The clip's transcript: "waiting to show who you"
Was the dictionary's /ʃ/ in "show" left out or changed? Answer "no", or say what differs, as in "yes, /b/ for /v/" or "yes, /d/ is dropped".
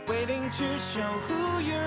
no